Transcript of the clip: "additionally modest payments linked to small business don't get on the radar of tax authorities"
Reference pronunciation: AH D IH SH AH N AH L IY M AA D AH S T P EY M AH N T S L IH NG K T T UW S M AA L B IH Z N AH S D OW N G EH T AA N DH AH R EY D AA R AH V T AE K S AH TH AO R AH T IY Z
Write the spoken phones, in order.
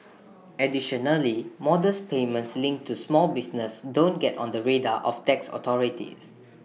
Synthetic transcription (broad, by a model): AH D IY SH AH N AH L IY M AA D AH S P EY M AH N T S L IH NG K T T UW S M AA L B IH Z N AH S D OW N G EH T AA N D AH R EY D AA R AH F T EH K S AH T AO R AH T IY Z